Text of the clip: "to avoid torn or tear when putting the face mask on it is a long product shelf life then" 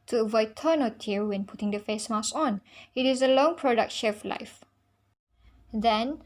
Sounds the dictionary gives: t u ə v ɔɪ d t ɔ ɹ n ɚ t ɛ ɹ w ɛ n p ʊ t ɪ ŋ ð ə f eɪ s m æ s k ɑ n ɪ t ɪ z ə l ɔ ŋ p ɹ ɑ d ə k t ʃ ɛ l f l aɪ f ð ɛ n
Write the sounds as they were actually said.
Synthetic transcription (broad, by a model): t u ə v ɔɪ d t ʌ n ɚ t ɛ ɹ w ɛ n p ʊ t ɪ ŋ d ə f eɪ s m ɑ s ɑ n ɪ t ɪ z ə l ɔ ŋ p ɹ ɑ d ə k t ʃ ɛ f l aɪ f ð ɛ n